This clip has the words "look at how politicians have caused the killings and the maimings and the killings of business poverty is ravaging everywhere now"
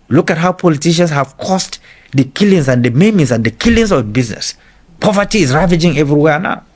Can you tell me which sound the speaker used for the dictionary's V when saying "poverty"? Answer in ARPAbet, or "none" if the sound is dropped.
V